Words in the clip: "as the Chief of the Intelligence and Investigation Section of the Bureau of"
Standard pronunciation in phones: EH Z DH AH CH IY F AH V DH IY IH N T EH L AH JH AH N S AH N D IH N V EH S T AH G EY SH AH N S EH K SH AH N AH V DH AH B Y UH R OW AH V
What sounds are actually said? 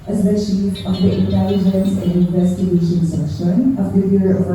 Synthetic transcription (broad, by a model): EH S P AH SH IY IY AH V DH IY IH N T EH L AH JH AH N S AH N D IH N V EH S T AH G EY SH AH N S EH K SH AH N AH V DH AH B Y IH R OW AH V